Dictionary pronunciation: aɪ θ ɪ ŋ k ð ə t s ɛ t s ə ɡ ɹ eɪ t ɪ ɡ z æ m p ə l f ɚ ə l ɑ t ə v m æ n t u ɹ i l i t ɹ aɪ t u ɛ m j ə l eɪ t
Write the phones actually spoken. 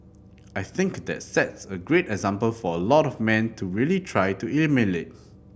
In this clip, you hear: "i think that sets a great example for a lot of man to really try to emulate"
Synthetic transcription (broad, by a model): aɪ θ ɪ ŋ k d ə t s ɛ t s ə ɡ ɹ eɪ t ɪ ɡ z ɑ m p ə l f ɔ ə l ɑ t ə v m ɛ n t u ɹ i l i t ɹ aɪ t u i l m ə n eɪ t